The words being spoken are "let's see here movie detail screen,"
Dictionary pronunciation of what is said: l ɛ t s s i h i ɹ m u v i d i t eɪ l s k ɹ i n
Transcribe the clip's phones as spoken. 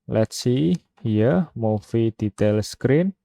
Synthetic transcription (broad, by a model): l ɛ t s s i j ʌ m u f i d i t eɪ l s k ɹ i n